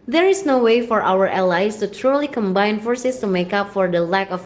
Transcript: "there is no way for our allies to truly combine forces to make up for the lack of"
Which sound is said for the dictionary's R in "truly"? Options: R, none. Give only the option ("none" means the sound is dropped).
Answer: R